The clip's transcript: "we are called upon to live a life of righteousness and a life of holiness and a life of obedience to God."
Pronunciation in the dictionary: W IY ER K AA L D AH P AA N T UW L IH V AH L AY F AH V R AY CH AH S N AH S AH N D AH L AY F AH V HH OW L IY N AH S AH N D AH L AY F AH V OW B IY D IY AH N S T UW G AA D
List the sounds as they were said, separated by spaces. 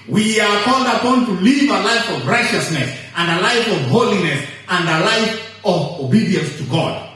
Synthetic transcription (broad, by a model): W IY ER K AA L D AH P AA N T UW L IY V AH L AY F AH V R AY CH AH S N AH S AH N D AH L AY F AH V HH OW L IY N AH S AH N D AH L AY F AH V OW B IY D IY AH N S T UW G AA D